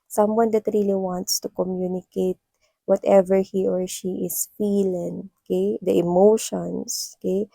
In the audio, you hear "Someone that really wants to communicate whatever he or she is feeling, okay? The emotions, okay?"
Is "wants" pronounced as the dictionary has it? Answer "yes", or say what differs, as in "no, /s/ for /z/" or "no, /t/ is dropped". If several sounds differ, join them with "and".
yes